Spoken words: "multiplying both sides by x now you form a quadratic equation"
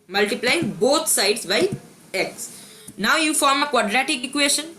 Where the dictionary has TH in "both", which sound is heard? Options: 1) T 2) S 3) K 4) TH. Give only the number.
1